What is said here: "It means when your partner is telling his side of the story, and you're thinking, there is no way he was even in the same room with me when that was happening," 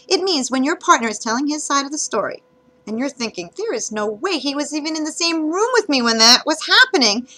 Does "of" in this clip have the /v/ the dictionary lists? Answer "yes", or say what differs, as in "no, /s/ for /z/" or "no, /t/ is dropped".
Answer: yes